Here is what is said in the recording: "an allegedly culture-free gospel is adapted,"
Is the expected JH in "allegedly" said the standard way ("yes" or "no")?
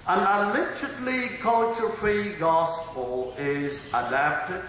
no